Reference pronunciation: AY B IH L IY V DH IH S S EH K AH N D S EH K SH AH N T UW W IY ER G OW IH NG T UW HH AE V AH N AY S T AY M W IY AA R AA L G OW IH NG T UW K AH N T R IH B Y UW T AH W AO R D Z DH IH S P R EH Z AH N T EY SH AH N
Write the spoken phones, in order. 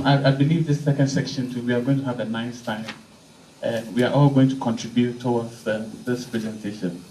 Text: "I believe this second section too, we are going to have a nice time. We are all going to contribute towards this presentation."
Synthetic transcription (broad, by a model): AY B IH L IY V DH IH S S EH K AH N D S EH K SH AH N T UW W IY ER G OW IH NG T UW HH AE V AH N AY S T AY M W IY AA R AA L G OW IH NG T UW K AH N T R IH B Y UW T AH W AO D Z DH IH S P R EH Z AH N T EY SH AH N